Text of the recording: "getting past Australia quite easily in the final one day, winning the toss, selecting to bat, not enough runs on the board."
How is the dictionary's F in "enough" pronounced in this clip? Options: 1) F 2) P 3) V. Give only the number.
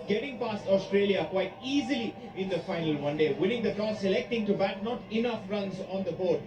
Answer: 1